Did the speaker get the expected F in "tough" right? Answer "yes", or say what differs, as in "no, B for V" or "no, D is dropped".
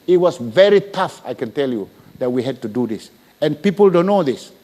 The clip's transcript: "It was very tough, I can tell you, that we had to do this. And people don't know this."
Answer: yes